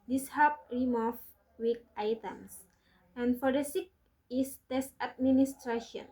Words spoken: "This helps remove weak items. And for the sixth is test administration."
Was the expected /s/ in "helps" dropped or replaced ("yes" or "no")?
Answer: yes